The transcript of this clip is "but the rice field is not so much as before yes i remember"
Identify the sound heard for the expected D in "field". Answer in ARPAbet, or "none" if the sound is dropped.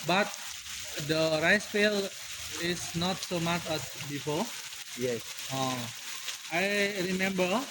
none